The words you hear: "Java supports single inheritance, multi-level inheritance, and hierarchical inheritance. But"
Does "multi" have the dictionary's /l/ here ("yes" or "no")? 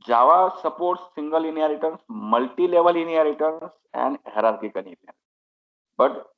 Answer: yes